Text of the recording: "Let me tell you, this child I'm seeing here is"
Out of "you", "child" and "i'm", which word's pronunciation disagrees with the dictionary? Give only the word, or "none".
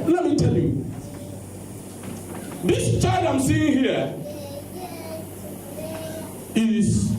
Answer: child